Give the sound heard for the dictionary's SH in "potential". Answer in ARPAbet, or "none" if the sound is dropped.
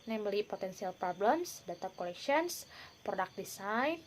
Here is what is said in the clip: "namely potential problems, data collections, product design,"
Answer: S